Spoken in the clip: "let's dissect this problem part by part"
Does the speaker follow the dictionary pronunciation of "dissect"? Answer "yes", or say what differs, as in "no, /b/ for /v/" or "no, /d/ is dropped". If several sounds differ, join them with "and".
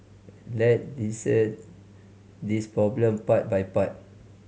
no, /k/ is dropped